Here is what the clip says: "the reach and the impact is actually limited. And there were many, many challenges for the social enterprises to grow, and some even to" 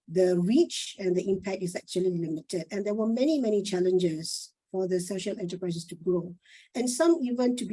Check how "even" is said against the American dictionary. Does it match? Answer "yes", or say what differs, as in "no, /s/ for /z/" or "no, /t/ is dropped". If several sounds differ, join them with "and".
yes